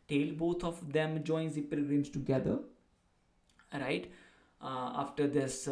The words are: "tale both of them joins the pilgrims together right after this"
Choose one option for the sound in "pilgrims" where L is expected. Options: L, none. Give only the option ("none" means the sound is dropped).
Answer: none